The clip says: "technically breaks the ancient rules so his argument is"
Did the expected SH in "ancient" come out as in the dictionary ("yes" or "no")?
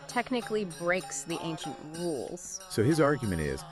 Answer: yes